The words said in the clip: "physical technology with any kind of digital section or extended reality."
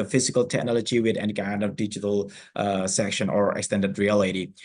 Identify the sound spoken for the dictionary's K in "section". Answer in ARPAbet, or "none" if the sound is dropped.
K